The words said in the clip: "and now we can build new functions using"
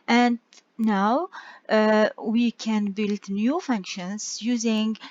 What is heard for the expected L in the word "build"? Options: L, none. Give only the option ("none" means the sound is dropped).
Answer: L